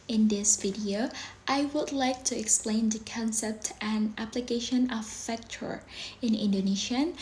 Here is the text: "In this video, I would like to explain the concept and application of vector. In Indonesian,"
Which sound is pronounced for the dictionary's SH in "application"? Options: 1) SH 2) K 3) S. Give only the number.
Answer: 1